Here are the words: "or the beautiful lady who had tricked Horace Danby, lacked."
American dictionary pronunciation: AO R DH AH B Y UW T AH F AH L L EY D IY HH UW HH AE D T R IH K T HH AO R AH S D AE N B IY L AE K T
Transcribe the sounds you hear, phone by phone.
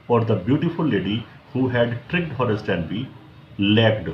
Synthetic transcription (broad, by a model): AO R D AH B Y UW T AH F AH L L EY D IY HH UW HH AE D T R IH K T HH AO R AH S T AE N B IY L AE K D